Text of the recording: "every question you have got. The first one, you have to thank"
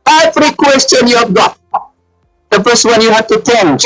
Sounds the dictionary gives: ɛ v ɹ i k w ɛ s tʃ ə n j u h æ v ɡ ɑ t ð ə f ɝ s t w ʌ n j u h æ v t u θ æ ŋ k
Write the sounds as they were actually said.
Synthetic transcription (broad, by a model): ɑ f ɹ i k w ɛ s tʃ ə n j u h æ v ɡ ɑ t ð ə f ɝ s w ʌ n j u h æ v t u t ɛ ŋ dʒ